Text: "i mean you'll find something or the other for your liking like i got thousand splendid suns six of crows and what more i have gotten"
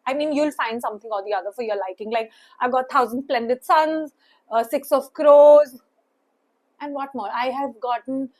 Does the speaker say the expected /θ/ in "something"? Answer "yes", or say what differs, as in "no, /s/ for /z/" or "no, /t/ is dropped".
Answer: no, /t/ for /θ/